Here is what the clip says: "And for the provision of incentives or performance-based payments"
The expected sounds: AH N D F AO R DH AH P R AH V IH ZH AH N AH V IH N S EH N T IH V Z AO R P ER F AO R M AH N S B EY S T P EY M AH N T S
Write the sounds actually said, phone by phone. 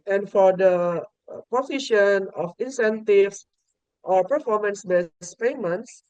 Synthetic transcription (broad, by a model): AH N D F AO R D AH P AH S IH SH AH N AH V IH N S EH N T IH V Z AO R P ER F AO R M AH N S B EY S P EY M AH N T S